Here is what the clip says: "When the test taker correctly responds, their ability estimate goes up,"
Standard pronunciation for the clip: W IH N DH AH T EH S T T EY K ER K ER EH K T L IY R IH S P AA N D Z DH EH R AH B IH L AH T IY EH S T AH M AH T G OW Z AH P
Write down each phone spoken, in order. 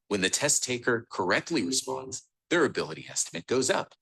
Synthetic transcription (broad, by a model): W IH N DH AH T EH S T T EY K ER K ER EH K T L IY R IH S P AA N D Z DH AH R AH B IH L AH T IY EH S T AH M AH T G OW Z AH P